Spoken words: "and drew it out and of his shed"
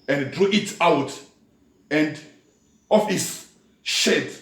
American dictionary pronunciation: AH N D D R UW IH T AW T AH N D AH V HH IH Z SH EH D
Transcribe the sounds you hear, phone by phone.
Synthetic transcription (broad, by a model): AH N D D R UW IH T AW T AH N D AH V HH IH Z SH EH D